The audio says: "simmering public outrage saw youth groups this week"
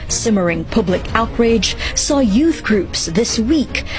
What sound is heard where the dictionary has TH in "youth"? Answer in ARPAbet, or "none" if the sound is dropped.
TH